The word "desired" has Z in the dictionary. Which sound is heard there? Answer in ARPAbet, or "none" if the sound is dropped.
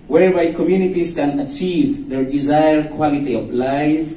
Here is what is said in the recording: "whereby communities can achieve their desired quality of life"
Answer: Z